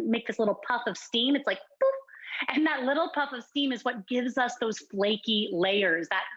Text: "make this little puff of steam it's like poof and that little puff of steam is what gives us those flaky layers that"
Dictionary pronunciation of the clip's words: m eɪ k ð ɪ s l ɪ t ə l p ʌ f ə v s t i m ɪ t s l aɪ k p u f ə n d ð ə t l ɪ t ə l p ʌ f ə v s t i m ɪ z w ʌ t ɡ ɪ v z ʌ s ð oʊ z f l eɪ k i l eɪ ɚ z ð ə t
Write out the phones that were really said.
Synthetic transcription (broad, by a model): m eɪ k ð ɪ s l ɪ t l p ʌ f ə v s t i m ɪ t s l aɪ k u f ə n ð ə t l ɪ t l p ʌ f ə v s t i m ɪ z w ʌ t ɡ ɪ v z ʌ s ð oʊ z f l eɪ k i l eɪ ɚ z ð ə t